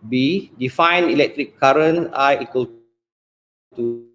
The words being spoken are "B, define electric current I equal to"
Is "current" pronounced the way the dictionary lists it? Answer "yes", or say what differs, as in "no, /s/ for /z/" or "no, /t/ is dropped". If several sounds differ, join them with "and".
no, /t/ is dropped